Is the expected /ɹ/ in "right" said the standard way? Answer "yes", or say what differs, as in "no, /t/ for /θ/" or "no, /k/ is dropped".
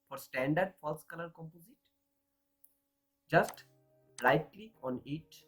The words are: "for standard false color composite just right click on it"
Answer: no, /l/ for /ɹ/